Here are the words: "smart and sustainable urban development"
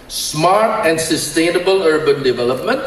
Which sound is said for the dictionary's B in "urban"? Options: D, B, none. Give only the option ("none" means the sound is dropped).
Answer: B